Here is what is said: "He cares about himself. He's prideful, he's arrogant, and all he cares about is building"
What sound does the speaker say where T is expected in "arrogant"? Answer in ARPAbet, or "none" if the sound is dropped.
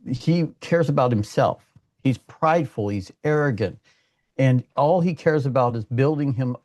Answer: T